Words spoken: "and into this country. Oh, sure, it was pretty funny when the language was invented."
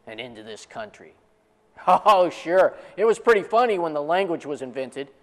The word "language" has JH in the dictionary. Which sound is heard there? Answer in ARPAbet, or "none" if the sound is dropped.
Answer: JH